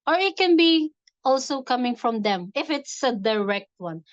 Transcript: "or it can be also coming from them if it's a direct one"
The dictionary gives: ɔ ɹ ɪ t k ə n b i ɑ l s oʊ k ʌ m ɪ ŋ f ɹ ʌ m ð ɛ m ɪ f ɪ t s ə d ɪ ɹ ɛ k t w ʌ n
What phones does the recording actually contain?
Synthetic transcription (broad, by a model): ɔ ɹ ɪ t k ə n b i ɑ l s oʊ k ʌ m ɪ ŋ f ɹ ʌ m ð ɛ m ɪ f ɪ t s ə d ɪ ɹ ɛ k t w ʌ n